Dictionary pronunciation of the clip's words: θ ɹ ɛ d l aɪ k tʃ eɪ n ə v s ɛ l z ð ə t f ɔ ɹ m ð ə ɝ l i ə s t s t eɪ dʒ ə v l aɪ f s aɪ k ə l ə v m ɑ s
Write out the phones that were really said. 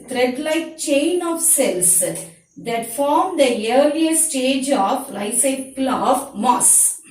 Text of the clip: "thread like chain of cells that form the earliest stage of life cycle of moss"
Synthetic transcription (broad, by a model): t ɹ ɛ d l aɪ k tʃ eɪ n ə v s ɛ l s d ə t f ɔ ɹ m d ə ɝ l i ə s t s t eɪ dʒ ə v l aɪ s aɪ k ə l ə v m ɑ s